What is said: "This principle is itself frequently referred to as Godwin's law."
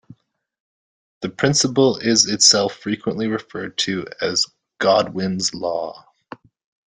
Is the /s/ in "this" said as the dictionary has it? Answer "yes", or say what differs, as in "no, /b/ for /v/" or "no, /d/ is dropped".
no, /s/ is dropped